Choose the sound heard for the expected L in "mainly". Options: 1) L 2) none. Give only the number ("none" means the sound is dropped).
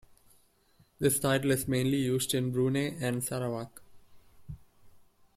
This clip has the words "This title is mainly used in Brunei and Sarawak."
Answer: 1